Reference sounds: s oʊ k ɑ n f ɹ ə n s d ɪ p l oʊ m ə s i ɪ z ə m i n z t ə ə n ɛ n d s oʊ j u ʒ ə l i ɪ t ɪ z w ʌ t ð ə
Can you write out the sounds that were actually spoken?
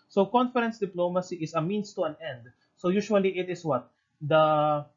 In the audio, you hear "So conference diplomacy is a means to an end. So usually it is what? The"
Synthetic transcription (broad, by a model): s oʊ k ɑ n f ɹ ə n s d ɪ p l oʊ m ə s i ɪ s ə m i n s t ə ə n ɛ n d s oʊ j u ʃ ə l i ɪ t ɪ s w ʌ t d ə